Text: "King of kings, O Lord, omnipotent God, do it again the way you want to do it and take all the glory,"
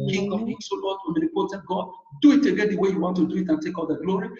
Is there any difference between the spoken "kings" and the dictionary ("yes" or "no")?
yes